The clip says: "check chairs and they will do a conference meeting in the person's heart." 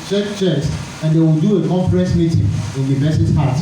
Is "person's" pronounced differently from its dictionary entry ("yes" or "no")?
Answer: yes